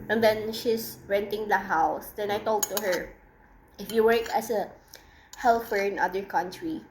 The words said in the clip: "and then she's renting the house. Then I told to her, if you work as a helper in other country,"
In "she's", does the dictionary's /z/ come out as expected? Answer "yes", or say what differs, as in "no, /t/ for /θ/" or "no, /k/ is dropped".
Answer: no, /s/ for /z/